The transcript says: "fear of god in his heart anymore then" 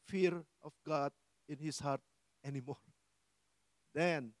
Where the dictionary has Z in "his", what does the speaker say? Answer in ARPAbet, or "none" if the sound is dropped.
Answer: S